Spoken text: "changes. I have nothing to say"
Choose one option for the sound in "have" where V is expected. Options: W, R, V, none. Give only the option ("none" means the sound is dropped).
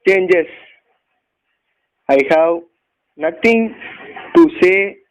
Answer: W